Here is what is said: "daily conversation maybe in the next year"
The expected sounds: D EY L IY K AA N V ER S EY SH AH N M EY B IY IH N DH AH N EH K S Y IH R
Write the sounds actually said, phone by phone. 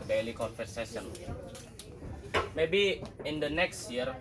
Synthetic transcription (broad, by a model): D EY L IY K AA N F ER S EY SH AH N M EY B IY IH N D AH N EH K S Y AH R